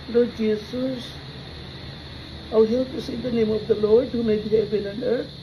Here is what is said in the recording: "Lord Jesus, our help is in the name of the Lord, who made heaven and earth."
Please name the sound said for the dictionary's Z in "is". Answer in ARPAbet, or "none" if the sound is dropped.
S